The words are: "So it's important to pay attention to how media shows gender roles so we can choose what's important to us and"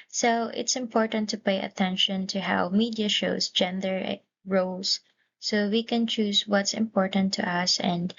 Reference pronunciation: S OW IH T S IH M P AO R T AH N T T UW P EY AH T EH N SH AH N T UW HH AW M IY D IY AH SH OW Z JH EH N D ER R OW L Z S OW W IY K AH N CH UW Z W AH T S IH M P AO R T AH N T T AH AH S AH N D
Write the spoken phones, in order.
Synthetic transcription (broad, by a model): S OW IH T S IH M P AO R T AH N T T UW P EY AH T EH N SH AH N T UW HH AW M IY D IY AH SH OW S JH EH N D ER R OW L S OW W IY K AH N CH UW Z W AH T S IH M P AO R T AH N T T AH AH S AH N D